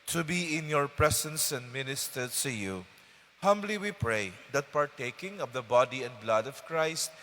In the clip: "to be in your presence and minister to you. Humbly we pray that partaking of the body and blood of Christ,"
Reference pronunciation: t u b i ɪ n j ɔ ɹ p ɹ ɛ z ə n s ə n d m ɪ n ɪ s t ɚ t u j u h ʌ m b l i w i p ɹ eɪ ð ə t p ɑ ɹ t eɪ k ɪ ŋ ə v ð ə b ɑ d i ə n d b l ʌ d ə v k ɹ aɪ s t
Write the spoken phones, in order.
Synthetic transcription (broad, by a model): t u b i ɪ n j ɔ ɹ p ɹ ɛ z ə n s ə n d m ɪ n ɪ s t ɚ t u j u h ʌ m b l i w i p ɹ eɪ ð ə t p ɑ ɹ t eɪ k ɪ ŋ ə v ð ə b ɑ d i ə n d b l ʌ d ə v k ɹ aɪ s t